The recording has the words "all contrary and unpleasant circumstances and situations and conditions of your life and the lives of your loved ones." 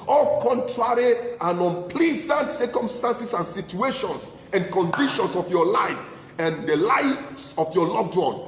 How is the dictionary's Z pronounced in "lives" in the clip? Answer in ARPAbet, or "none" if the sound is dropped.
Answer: S